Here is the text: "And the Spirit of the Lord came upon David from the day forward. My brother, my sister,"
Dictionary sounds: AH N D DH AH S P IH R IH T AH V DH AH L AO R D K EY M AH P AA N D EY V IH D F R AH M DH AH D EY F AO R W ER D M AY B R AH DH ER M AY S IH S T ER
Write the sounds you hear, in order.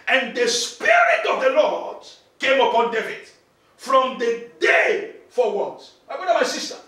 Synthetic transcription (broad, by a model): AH N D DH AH S P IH R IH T AH V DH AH L AO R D K EY M AH P AA N D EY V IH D F R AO M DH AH D EY F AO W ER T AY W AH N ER M AY S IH S T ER